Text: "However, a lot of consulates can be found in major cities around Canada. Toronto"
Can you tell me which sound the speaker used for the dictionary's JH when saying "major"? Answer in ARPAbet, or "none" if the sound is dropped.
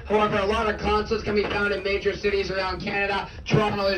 JH